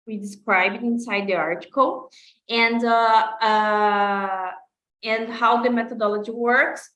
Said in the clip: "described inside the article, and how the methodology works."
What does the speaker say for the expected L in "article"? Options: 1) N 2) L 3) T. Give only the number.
1